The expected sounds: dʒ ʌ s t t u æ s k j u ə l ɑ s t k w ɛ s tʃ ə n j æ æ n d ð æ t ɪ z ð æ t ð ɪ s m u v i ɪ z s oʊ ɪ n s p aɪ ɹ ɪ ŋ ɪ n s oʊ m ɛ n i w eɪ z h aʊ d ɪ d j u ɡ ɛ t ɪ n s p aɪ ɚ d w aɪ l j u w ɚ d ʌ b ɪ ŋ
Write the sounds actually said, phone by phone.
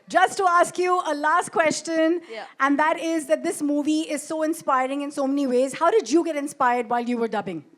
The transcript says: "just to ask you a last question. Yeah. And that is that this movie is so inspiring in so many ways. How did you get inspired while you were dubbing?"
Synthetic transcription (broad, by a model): dʒ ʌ s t t u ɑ s k j u ə l ɑ s t k w ɛ s tʃ ə n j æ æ n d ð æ t ɪ z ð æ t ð ɪ s m u v i ɪ z s oʊ ɪ n s p aɪ ɹ ɪ ŋ ɪ n s oʊ m ɛ n i w eɪ z h aʊ d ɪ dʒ j u ɡ ɛ t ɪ n s p aɪ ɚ d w aɪ l j u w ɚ d ʌ b ɪ ŋ